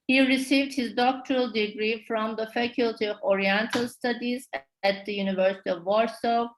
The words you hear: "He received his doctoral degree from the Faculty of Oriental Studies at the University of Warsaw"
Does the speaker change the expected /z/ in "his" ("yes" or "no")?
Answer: no